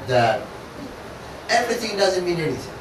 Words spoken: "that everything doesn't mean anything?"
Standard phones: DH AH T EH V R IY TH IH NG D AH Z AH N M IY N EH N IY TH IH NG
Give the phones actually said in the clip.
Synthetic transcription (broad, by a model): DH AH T EH V R IY TH IH NG D AH Z AH N M IY N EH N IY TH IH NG